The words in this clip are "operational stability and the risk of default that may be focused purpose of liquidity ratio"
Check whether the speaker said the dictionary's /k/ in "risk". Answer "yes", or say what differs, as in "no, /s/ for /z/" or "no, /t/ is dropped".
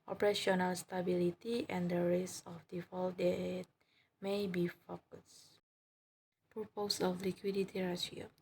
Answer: no, /k/ is dropped